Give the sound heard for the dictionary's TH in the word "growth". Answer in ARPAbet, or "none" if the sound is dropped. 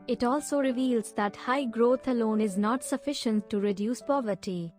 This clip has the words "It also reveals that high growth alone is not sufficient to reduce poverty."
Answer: T